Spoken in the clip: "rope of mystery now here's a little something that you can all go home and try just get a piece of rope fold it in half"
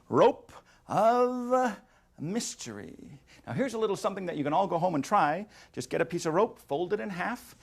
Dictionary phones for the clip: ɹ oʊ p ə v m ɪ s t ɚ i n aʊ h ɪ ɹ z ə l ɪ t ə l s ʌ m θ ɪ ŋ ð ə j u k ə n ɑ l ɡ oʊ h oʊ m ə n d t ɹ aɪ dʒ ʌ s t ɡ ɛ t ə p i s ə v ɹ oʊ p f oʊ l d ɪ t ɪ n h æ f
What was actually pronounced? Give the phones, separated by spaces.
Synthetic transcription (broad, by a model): ɹ oʊ p ə v m ɪ s t ɚ i n aʊ h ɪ ɹ z ə l ɪ t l s ʌ m θ ɪ ŋ ð ə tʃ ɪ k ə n ɑ l ɡ oʊ h oʊ m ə n t ɹ aɪ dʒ ʌ s ɡ ɛ t ə p i s ə v ɹ oʊ p f oʊ l d ɪ t ɪ n h æ f